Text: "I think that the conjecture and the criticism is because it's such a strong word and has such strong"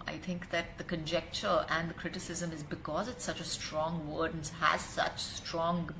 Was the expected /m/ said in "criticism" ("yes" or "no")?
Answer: yes